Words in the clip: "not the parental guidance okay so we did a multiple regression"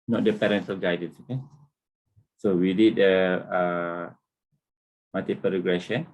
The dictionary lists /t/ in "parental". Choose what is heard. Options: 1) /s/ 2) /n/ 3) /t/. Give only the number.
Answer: 1